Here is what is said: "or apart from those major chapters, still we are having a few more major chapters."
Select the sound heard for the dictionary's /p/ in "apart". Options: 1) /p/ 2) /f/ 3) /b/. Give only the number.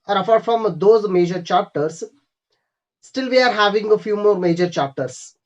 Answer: 2